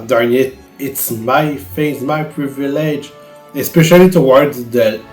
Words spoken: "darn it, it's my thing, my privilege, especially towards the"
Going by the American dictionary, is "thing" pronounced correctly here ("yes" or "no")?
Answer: no